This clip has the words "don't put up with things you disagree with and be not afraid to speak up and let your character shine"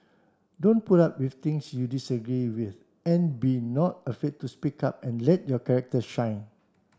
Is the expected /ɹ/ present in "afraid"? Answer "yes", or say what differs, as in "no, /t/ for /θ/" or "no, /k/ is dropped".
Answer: no, /ɹ/ is dropped